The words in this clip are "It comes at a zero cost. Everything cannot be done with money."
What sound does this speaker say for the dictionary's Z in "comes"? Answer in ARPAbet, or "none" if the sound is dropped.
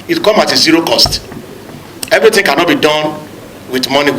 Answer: none